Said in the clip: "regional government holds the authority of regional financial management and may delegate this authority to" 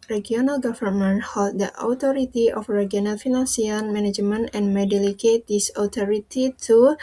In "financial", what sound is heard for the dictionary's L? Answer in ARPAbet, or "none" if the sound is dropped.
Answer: N